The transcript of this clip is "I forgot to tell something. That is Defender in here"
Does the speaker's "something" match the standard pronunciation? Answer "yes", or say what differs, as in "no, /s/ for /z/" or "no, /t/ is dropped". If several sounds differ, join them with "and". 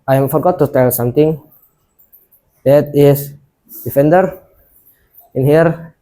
no, /t/ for /θ/